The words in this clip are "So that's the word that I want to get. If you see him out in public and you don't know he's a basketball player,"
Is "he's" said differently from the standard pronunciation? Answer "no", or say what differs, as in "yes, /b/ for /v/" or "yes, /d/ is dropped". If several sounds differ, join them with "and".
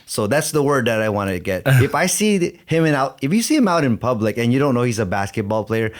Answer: no